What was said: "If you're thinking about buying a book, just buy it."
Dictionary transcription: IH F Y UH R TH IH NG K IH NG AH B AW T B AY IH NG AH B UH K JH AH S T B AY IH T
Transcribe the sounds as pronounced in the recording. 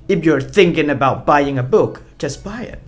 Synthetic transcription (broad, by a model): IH F Y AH R TH IH NG K IH NG AH B AW T B AY IH NG AH B UH K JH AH S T B AY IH T